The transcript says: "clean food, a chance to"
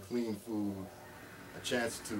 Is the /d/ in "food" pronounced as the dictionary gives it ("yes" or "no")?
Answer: no